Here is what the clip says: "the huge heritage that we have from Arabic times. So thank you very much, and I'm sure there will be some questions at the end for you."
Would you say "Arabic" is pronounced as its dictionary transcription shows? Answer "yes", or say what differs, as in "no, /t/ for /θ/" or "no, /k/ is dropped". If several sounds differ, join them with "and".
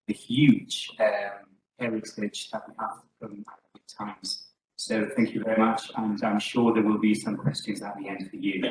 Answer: no, /ɹ/ is dropped